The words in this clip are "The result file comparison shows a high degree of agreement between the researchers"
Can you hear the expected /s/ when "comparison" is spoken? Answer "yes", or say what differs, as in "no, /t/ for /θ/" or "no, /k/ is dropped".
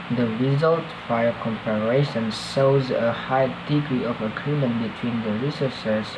no, /ʃ/ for /s/